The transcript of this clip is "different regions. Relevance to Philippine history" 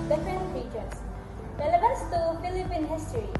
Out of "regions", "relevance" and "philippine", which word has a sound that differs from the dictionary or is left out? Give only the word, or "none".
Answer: regions